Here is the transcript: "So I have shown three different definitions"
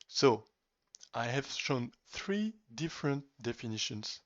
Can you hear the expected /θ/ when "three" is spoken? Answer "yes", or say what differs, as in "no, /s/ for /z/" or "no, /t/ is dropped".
yes